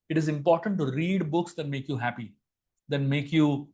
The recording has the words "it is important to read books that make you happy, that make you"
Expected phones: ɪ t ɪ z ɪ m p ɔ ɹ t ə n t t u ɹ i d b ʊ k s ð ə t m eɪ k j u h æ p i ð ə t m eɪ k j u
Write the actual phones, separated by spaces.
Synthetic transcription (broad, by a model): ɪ t ɪ z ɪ m p ɔ ɹ t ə n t t u ɹ i d b ʊ k s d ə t m eɪ k j u h æ p i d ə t m eɪ k j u